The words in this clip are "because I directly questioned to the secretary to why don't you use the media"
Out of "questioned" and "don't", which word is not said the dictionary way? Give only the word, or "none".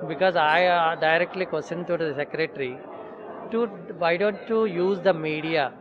questioned